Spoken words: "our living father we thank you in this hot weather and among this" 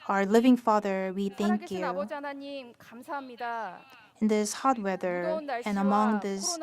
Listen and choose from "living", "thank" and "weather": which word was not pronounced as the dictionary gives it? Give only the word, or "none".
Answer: none